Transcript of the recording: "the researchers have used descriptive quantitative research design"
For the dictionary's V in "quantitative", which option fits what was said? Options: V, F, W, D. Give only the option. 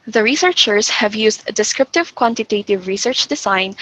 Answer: V